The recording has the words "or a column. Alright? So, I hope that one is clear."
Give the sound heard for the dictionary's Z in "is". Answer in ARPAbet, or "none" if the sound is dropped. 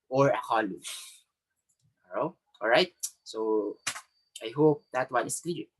S